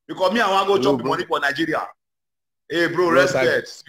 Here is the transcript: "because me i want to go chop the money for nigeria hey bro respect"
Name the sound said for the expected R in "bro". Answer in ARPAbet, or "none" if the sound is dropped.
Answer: R